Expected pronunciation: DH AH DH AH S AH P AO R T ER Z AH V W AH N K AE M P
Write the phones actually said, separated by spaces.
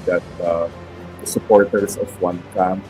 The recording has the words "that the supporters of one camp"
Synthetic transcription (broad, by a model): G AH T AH S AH P AO R T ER S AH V W AH N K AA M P